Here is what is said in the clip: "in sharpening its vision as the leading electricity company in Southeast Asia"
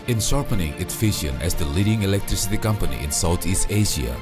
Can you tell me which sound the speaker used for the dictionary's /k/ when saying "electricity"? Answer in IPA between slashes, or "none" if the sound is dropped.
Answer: /k/